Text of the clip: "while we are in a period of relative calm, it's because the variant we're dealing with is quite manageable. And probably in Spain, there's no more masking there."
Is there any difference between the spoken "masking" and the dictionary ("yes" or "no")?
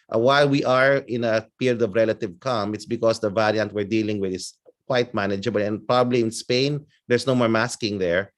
no